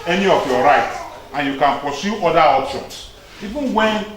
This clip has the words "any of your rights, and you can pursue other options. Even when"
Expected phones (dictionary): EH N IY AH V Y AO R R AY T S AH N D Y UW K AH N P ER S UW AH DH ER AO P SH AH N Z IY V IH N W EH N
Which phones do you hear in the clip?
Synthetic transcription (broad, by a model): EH N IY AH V Y AO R R AY T AH N Y UW K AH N P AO S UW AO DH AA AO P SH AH N S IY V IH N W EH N